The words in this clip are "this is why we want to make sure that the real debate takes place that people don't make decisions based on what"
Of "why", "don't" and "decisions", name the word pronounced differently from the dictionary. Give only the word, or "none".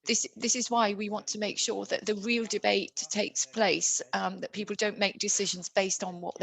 none